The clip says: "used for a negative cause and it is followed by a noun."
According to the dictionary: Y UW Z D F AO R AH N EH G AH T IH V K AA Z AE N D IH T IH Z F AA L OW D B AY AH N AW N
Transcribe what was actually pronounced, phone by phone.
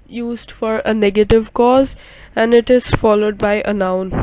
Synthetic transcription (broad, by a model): Y UW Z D F AO R AH N EH G AH T IH V K AA Z AE N D IH T IH Z F AA L OW D B AY AH N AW N